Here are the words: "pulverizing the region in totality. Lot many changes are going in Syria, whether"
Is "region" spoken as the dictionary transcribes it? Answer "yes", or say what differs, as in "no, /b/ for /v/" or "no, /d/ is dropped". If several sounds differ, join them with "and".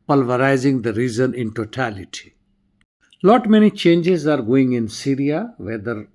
no, /z/ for /dʒ/